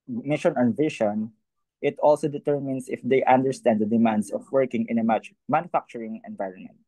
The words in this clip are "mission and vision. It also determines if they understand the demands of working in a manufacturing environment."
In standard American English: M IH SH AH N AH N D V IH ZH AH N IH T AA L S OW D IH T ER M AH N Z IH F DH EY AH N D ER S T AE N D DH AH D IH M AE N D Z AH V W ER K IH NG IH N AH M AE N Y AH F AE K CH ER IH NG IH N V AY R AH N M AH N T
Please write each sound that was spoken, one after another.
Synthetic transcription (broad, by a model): M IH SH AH N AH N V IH SH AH N IH T AA L S OW D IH T ER M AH N S IH F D EY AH N D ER S T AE N D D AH D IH M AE N D S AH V W ER K IH NG IH N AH M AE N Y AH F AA K CH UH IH NG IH N V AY R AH N M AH N T